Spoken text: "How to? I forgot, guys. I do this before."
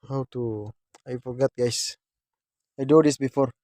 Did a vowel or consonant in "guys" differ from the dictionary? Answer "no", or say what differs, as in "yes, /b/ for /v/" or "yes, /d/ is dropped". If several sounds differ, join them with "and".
yes, /s/ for /z/